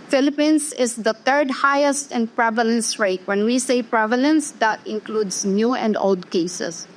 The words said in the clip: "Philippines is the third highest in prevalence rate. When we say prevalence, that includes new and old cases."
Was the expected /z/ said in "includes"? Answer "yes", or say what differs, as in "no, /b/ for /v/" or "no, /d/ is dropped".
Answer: no, /s/ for /z/